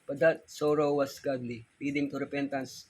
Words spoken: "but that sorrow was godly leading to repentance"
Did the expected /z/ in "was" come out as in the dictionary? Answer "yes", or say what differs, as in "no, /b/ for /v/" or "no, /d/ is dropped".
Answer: no, /s/ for /z/